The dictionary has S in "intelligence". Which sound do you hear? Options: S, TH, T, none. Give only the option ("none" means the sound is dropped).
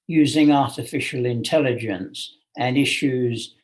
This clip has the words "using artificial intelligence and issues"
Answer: S